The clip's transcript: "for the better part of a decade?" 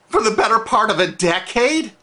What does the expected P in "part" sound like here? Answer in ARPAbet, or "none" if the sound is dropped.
P